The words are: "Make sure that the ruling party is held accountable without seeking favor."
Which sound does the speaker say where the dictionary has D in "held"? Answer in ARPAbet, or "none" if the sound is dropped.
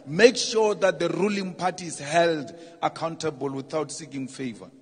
D